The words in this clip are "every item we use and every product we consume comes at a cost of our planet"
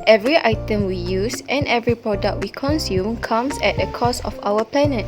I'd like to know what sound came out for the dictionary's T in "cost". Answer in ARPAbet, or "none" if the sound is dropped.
none